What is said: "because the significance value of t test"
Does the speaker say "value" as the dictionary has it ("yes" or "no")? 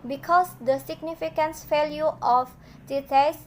no